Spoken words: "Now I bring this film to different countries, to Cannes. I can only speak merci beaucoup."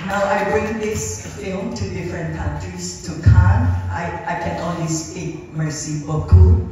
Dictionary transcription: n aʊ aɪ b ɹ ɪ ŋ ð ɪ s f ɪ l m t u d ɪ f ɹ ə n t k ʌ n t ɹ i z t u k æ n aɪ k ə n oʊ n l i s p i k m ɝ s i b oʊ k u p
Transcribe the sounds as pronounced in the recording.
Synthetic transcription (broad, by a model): n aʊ aɪ b ɹ ɪ ŋ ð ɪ s f ɪ l m t u d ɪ f ɹ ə n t k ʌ n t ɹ i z t u k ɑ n aɪ k ə n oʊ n w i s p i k m ɝ s i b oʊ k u